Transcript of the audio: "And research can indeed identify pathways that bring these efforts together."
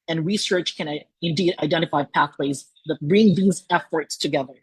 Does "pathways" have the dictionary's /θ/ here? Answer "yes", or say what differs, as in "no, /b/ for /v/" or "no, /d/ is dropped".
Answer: yes